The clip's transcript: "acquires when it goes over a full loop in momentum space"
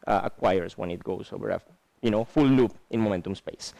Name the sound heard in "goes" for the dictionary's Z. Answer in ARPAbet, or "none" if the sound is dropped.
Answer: S